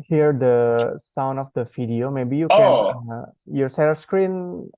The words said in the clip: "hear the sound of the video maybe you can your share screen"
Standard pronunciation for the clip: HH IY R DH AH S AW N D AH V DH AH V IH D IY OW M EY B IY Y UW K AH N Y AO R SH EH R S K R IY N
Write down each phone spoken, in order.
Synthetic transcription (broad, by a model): HH IY R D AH S AW N D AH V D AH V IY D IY OW M EY B IY Y UW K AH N Y AO R S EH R S K R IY N